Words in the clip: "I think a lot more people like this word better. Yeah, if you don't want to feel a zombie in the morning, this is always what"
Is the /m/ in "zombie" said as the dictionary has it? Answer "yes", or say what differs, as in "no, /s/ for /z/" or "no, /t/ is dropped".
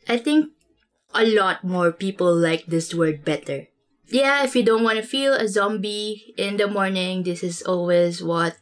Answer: yes